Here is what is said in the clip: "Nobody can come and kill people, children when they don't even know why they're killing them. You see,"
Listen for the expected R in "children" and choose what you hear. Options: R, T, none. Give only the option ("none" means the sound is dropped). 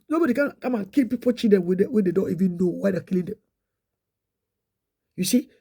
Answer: none